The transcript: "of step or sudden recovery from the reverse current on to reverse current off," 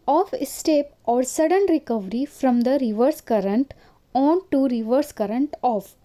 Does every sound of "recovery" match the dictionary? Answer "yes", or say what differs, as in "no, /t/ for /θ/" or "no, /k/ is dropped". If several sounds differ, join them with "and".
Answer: yes